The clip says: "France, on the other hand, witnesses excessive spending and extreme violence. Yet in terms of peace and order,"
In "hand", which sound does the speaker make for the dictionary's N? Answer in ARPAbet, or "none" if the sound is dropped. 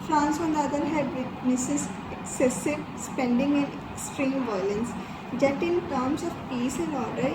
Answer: none